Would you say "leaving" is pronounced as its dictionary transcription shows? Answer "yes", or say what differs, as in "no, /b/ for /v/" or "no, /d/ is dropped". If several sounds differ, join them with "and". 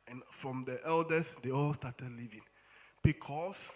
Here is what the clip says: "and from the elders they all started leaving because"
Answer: yes